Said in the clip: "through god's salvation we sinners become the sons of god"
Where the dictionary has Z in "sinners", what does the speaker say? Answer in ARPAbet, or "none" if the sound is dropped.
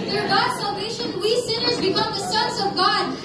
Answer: Z